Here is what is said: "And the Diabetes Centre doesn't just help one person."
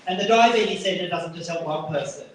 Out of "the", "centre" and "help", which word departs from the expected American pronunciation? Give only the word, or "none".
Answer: centre